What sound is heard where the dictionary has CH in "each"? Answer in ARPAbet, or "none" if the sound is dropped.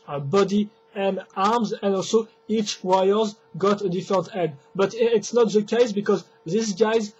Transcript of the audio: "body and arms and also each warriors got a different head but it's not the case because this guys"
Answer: CH